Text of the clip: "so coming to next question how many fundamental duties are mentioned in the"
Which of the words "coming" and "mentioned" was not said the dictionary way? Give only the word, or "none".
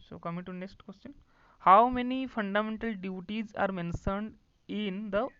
mentioned